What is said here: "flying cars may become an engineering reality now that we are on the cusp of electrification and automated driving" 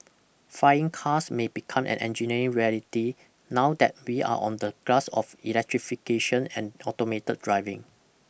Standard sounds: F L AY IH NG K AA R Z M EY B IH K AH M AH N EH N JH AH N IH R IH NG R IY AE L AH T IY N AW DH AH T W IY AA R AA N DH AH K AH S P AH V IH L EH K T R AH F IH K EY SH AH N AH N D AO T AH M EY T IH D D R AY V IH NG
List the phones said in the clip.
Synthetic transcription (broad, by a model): F AY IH NG K AA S M EY B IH K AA M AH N EH N JH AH N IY R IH NG R IY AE L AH T IY N AW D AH T W IY AA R AA N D AH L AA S AH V IH L EH K T R AH F IH K EY SH AH N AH N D AO T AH M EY T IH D D R AY V IH NG